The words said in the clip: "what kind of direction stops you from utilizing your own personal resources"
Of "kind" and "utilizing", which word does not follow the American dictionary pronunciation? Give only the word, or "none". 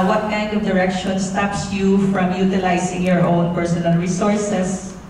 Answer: utilizing